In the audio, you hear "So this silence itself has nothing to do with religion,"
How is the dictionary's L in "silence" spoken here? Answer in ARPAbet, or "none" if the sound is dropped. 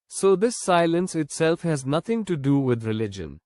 L